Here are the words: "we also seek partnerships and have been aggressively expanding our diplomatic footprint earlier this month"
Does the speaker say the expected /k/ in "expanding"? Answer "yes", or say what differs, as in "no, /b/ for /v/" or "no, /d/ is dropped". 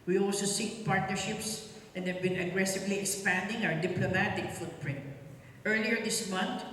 yes